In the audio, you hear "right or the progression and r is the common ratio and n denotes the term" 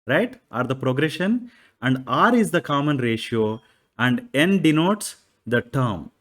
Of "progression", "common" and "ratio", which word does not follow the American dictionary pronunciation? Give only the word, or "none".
none